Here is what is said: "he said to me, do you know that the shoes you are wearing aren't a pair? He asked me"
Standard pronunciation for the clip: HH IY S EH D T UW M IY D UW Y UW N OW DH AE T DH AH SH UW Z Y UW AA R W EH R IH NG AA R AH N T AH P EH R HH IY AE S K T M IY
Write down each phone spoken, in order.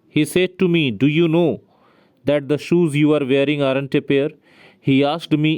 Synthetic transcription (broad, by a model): HH IY S EH D T UW M IY D UW Y UW N OW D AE T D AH SH UW Z Y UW AA R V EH R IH NG AA R AH N T AH P EH R HH IY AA S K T M IY